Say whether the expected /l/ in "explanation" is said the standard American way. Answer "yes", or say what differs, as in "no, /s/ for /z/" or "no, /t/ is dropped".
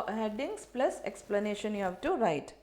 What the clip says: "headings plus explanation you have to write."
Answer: yes